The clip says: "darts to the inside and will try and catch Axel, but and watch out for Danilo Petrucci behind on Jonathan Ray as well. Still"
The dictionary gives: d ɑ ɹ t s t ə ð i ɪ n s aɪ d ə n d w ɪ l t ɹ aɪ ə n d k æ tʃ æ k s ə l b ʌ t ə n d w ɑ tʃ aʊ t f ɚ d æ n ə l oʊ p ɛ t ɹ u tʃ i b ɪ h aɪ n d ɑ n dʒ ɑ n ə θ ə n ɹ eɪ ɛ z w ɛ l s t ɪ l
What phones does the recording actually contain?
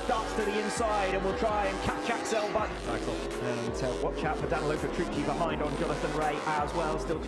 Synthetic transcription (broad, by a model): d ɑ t s t ə ð i ɪ n s aɪ d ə n w ɪ l t ɹ aɪ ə n k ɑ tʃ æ k s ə l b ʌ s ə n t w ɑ tʃ aʊ t f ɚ d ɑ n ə l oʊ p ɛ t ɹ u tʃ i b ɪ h aɪ n d n dʒ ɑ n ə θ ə n ɹ eɪ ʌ z w ɛ l s t ɪ l